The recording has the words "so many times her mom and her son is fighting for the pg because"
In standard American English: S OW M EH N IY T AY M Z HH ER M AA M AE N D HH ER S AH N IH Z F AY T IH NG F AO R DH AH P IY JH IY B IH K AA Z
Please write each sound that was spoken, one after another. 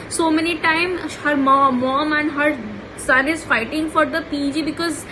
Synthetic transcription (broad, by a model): S OW M EH N IY T AY M HH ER M AA M AE N D HH ER S AH N IH Z F AY T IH NG F AO R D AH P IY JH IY B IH K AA Z